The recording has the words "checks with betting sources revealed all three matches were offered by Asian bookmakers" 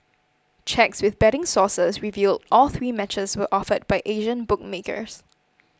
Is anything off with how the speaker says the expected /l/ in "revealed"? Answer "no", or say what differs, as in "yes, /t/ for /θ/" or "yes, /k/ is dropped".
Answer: no